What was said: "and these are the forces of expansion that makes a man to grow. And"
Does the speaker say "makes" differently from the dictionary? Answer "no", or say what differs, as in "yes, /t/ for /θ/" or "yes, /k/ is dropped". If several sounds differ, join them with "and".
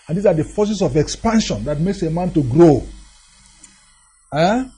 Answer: no